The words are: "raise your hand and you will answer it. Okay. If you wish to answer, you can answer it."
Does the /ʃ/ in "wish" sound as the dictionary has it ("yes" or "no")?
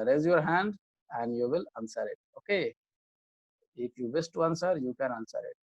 no